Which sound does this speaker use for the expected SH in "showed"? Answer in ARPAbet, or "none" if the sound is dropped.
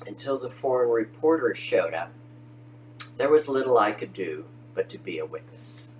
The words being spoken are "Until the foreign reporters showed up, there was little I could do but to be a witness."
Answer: SH